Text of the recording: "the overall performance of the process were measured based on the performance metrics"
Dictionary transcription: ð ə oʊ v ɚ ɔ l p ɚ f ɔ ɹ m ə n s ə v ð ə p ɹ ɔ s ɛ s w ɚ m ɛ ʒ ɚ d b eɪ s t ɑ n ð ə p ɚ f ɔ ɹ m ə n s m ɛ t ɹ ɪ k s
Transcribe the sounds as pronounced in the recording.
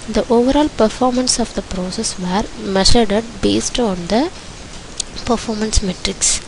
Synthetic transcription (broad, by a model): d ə oʊ v ɚ ɔ l p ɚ f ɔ ɹ m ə n s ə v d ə p ɹ ɔ s ɛ s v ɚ m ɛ ʃ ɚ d b eɪ s t ɑ n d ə p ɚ f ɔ ɹ m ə n s m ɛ t ɹ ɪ k s